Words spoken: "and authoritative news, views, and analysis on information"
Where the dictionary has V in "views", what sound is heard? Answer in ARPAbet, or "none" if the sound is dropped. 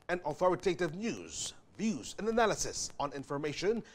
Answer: V